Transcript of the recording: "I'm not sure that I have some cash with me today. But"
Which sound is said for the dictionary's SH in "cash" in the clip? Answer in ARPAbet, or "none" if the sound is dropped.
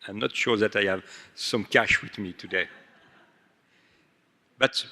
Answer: SH